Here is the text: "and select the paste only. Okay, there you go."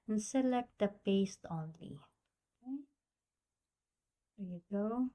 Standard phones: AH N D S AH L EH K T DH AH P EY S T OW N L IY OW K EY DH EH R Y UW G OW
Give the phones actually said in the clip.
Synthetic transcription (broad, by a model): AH N S AH L EH K T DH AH P EY S T OW N L IY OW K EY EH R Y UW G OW